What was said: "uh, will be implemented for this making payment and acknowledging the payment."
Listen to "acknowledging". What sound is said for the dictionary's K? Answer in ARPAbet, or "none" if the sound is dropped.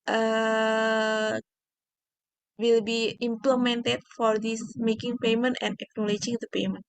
K